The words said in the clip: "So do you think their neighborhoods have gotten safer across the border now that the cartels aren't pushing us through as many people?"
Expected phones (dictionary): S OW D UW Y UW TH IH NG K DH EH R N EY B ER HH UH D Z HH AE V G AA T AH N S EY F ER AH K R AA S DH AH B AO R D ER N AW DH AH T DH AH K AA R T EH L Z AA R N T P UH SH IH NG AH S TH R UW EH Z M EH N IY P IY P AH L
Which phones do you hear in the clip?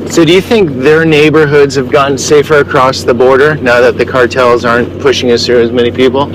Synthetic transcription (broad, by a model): S OW D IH Y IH TH IH NG K DH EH R N EY B ER HH UH D Z HH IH V G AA T N S EY F ER AH K R AA S DH AH B AO R D ER N AW DH AH T DH AH K AA R T EH L Z AA R N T P UH SH IH NG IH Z TH R UW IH Z M EH N IY P IY P L